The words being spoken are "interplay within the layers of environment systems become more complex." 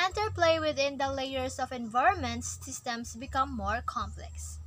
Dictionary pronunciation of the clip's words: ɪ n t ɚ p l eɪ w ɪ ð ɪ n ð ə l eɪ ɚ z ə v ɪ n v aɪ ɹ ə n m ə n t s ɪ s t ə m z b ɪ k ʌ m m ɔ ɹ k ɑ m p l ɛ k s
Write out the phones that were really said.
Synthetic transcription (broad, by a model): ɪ n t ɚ p l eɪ w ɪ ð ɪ n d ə l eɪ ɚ s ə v ɪ n v aɪ ɹ ə n m ə n t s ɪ s t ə m s b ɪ k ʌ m m ɔ ɹ k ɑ m p l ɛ k s